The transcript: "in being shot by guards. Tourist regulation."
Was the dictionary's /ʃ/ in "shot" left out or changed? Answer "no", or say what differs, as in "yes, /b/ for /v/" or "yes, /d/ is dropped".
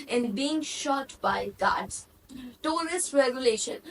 no